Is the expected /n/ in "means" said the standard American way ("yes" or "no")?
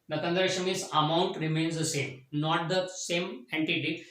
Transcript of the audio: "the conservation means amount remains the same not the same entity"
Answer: no